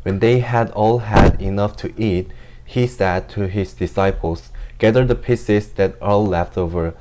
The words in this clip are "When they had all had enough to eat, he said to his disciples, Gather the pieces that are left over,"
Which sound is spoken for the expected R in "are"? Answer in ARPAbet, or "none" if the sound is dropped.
L